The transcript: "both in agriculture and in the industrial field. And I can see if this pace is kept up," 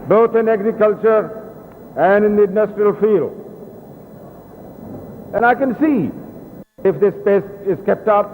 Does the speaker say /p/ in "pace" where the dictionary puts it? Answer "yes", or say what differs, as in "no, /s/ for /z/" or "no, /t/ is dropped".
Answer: yes